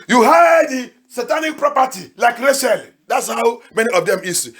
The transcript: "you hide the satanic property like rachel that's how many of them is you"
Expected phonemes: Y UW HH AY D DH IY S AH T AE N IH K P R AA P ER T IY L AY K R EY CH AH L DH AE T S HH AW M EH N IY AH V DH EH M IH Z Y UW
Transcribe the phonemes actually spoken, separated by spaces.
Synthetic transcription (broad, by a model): Y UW HH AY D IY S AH T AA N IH K P R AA P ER T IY L AY K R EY SH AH L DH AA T S HH AW M EH N IY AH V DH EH M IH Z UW